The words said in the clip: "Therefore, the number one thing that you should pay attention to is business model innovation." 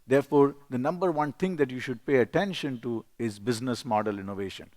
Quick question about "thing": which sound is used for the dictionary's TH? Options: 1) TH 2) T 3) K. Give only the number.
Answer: 2